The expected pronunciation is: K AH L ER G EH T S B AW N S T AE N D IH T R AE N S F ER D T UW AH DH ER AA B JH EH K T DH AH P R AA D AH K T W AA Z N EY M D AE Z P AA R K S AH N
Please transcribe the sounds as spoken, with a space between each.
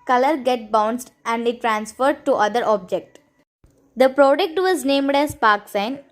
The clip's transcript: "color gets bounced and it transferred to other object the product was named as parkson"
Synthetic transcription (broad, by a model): K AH L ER G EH T B AW N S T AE N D IH T R AE N S F ER D T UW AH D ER AA B JH EH K T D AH P R AA D AH K T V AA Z N EY M D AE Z P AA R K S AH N